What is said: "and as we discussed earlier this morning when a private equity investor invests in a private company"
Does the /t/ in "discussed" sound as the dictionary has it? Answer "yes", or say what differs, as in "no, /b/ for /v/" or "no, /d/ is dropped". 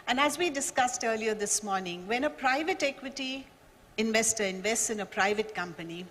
yes